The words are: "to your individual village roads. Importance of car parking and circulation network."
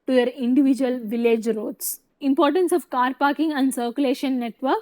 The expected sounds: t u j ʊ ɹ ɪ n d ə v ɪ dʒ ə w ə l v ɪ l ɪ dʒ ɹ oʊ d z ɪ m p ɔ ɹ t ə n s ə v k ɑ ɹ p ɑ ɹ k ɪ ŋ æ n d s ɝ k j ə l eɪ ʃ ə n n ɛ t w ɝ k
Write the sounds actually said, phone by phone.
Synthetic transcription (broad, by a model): t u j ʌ ɹ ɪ n d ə v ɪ dʒ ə ə l v ɪ l ɪ dʒ ɹ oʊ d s ɪ m p ɔ ɹ t ə n s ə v k ɑ ɹ p ɑ ɹ k ɪ ŋ æ n d s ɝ k j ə l eɪ ʃ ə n n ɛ t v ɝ k